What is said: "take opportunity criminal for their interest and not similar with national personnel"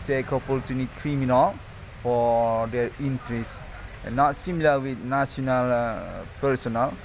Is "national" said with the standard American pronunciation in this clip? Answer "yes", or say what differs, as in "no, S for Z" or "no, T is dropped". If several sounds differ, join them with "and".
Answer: no, S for SH